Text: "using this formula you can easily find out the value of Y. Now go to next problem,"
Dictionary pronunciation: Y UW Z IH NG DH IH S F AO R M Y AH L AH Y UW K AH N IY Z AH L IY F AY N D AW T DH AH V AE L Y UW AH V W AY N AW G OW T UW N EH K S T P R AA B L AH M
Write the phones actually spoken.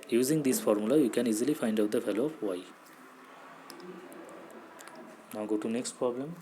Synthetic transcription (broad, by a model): Y UW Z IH NG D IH S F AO R M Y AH L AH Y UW K AH N IY Z AH L IY F AY N D AW T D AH F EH L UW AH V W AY N AW G OW T UW N EH K S T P R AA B L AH M